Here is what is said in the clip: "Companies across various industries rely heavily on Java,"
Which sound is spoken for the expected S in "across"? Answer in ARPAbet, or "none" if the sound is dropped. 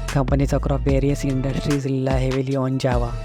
none